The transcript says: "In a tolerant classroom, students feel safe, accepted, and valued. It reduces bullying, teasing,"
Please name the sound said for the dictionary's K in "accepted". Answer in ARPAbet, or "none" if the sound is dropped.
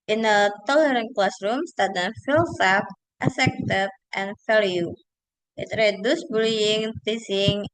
none